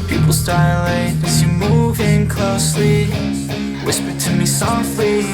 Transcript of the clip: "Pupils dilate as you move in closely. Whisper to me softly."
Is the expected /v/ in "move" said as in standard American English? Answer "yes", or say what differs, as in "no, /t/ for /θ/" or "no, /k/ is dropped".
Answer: yes